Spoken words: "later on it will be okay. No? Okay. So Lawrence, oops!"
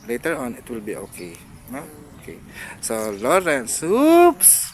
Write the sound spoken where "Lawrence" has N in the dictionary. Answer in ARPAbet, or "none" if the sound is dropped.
N